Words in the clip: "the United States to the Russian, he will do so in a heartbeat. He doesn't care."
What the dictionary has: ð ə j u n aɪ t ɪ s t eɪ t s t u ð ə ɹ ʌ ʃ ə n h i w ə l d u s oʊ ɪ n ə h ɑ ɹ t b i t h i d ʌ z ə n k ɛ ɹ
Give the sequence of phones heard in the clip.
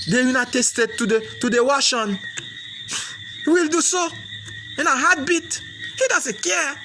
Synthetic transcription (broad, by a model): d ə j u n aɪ t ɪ s t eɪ t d t u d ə w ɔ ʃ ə n h i w ə l d u s oʊ ɪ n ə h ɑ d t b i t h i d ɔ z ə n k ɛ